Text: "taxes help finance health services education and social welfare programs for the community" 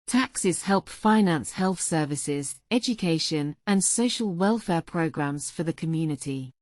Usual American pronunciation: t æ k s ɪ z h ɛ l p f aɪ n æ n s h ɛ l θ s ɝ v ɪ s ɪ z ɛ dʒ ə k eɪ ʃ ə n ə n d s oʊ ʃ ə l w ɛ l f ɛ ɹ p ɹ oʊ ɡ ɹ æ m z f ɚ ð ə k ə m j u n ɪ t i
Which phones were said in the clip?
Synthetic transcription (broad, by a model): t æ k s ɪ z h ɛ l p f aɪ n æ n s h ɛ l θ s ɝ v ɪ s ɪ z ɛ dʒ ə k eɪ ʃ ə n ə n s oʊ ʃ ə l w ɛ l f ɛ p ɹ oʊ ɡ ɹ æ m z f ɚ ð ə k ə m j u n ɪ t i